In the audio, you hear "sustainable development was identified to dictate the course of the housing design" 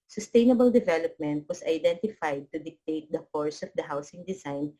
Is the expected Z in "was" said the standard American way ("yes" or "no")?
no